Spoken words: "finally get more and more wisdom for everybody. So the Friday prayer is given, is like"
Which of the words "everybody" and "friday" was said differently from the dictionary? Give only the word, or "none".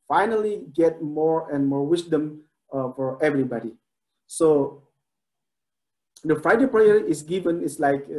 none